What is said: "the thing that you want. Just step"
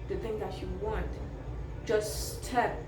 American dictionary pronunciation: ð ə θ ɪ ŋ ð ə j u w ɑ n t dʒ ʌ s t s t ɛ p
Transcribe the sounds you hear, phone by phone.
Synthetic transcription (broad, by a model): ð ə θ ɪ ŋ ð ə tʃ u w ɑ n t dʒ ʌ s s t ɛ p